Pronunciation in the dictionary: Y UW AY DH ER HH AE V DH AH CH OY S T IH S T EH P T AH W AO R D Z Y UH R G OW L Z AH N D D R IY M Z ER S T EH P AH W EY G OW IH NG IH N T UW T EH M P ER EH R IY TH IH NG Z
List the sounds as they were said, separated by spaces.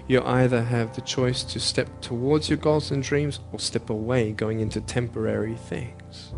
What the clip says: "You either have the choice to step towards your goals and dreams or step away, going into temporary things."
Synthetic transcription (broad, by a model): Y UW AY DH ER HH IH V DH AH CH OY S T IH S T EH P T AH W AO R D Z Y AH R G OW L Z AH N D D R IY M Z ER S T EH P AH W EY G OW IH NG IH N T UW T EH M P ER EH R IY TH IH NG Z